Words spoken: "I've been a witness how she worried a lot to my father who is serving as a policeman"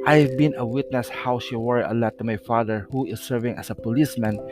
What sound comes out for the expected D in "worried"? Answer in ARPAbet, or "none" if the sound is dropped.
none